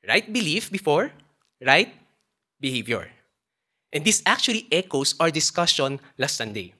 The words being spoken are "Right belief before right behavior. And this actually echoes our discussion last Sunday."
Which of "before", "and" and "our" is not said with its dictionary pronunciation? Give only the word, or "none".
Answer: none